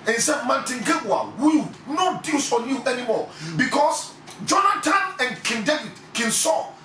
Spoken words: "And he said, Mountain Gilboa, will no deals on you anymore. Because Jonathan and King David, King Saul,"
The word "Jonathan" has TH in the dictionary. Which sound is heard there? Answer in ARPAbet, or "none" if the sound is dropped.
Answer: T